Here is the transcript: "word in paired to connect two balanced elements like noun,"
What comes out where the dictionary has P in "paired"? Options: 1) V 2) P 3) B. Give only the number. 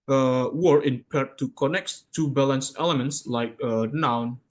2